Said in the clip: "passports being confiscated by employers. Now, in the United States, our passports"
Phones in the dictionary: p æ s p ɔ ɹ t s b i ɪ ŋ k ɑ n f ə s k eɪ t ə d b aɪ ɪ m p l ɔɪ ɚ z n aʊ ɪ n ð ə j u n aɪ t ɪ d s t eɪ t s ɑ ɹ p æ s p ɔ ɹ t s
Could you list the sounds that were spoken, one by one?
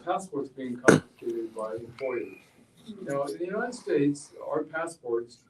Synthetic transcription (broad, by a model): p æ s p ɔ ɹ t s b i ɪ ŋ k ɑ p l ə k eɪ t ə d b aɪ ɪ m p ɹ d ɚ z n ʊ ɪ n ð ə j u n aɪ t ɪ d s t eɪ t s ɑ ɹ p æ s p ɔ ɹ t s